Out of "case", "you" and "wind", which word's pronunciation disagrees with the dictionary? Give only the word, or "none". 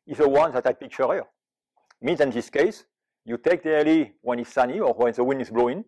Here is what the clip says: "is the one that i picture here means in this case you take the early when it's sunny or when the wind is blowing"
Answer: wind